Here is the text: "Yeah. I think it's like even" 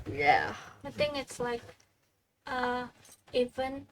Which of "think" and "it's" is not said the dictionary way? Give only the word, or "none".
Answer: think